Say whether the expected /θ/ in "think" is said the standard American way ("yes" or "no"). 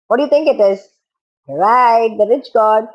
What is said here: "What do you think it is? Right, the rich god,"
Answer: no